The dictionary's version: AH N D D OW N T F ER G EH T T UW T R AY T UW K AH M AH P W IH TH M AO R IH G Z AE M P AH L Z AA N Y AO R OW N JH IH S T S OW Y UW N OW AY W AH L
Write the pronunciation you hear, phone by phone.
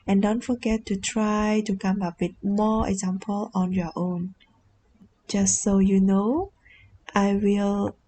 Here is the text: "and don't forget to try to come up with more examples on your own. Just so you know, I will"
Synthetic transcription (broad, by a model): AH N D D OW N T F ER G EH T T UW T R AY T UW K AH M AH P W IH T M AO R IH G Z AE M P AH L AA N Y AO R OW N JH IH S T S OW Y UW N OW AY W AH L